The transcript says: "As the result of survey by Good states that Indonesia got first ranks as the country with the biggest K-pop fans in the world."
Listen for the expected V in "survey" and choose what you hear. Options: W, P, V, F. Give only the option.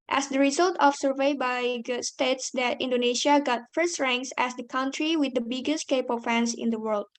V